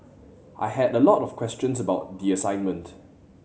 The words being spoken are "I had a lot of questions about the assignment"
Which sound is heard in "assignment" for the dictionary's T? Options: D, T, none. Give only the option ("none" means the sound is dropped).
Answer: T